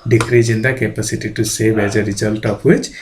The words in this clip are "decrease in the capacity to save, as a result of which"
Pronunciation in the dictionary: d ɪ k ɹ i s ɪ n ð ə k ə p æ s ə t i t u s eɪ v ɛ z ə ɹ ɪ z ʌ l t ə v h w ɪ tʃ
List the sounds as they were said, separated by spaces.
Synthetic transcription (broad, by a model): d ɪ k ɹ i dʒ ɪ n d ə k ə p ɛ s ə t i t u s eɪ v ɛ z ə ɹ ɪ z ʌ l t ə p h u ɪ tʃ